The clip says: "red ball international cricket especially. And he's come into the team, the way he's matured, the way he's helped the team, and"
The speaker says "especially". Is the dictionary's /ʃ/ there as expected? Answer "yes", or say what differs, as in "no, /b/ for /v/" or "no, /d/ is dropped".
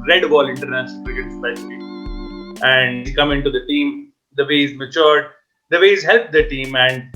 no, /ʃ/ is dropped